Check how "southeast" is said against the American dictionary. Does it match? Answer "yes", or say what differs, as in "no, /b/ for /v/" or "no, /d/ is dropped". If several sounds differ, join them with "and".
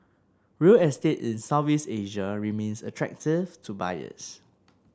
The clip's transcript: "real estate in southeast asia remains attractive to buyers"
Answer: no, /t/ is dropped